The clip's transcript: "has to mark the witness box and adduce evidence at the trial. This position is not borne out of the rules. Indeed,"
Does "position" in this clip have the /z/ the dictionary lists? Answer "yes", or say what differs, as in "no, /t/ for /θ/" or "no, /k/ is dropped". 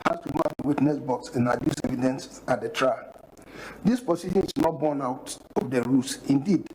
no, /s/ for /z/